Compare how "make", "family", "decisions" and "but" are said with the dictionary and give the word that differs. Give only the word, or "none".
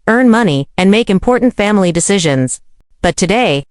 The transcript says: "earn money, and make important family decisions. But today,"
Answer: none